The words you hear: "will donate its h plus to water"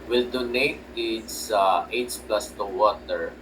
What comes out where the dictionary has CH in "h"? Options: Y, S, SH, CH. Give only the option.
S